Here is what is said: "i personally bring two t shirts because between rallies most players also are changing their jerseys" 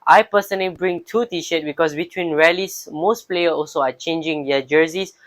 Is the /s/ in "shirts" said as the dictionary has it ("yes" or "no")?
no